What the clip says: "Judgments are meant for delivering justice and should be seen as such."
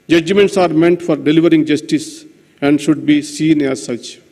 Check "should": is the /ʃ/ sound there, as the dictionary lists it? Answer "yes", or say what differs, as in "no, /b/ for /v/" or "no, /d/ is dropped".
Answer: yes